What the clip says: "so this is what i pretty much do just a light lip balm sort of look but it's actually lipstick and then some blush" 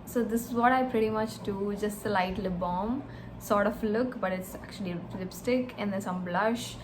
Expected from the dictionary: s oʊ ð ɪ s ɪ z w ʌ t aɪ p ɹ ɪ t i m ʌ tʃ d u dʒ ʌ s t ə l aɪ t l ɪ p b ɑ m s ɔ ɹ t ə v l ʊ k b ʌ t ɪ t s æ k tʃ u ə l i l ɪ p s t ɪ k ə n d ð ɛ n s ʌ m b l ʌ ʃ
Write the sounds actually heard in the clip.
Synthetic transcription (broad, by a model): s oʊ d ɪ s ɪ z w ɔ t aɪ p ɹ ɪ t i m ʌ tʃ d u dʒ ʌ s t ə l aɪ t l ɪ b ɑ m s ɔ ɹ t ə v l ʊ k b ʌ t ɪ t s æ k tʃ u ə l i l ɪ p s t ɪ k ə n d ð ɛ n s ʌ m b l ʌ ʃ